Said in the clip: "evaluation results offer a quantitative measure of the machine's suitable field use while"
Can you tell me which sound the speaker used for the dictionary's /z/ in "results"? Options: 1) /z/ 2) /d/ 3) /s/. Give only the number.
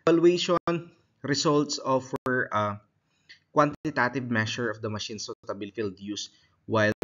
3